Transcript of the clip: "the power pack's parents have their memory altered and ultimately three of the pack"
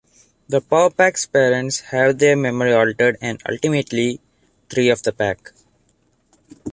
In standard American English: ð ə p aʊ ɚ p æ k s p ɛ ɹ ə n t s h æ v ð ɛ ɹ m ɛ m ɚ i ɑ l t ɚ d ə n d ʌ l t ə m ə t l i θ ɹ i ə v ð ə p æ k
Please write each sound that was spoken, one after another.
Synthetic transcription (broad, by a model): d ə p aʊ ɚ p æ k s p ɛ ɹ ə n t s h æ v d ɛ ɹ m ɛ m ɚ i ɑ l t ɚ d ə n d ʌ l t ə m ə t l i t ɹ i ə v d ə p æ k